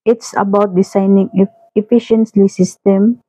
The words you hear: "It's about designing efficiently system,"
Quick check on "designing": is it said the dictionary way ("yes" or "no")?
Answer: no